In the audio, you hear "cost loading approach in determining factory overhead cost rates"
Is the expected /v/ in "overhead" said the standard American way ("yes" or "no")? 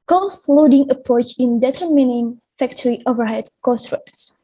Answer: yes